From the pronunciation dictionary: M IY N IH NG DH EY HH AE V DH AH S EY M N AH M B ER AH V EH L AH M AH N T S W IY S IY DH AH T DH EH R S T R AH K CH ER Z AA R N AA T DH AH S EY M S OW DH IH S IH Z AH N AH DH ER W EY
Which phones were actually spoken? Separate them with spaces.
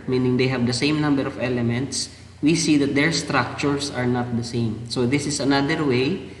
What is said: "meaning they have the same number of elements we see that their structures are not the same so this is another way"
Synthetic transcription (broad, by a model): M IY N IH NG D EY HH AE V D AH S EY M N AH M B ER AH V EH L AH M AH N T S W IY S IY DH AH T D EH R S T R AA K CH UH S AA R N AA T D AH S EY M S OW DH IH S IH S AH N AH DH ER W EY